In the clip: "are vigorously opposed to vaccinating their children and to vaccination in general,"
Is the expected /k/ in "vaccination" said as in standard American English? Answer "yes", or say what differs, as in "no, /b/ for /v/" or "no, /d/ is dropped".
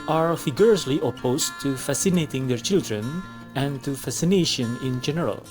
no, /k/ is dropped